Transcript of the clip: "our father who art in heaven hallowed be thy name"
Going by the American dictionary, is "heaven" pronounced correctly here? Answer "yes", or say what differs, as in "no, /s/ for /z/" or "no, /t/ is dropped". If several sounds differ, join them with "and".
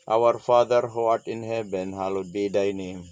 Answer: no, /b/ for /v/